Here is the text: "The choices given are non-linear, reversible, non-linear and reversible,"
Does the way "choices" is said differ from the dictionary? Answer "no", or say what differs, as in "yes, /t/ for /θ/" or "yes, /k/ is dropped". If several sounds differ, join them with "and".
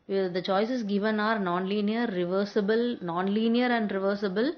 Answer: yes, /s/ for /z/